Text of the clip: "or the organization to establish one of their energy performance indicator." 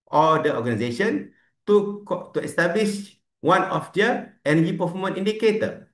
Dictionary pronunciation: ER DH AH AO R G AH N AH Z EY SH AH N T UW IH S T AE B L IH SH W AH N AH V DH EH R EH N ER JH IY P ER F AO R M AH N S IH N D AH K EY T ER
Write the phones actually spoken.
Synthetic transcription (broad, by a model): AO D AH AO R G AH N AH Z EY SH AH N T UW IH S T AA B L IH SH W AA N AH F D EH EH N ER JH IY P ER F AO M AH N IY N D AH K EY T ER